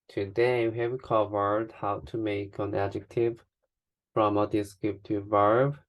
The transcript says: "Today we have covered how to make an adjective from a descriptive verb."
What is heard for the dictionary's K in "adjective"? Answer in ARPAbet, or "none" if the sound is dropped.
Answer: K